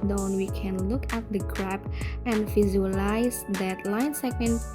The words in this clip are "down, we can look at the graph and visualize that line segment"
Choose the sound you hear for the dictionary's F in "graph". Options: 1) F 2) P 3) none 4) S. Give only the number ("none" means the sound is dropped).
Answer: 2